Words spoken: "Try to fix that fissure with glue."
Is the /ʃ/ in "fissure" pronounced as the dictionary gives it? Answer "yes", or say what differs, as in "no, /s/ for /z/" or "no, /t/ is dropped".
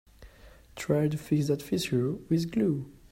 no, /s/ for /ʃ/